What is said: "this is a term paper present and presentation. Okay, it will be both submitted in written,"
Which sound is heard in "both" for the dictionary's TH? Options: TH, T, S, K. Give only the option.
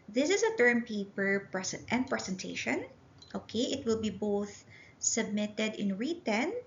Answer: TH